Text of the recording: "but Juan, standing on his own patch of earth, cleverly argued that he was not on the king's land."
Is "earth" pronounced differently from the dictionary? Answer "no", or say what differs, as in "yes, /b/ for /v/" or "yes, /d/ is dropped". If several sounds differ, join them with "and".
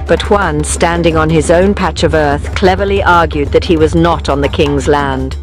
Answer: no